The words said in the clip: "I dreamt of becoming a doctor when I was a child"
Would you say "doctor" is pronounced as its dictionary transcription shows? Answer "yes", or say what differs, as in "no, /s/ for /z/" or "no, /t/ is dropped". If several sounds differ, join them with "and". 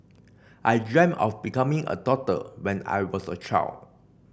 no, /k/ is dropped